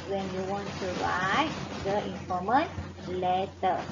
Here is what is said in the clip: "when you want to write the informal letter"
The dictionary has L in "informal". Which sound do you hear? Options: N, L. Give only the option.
N